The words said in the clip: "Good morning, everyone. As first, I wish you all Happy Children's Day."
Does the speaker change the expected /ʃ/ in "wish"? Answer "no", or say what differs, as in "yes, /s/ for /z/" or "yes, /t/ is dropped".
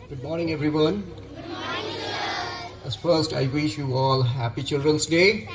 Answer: no